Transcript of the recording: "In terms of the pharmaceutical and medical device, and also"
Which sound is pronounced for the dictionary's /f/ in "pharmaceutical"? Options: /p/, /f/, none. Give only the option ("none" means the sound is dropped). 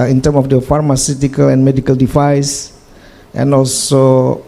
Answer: /f/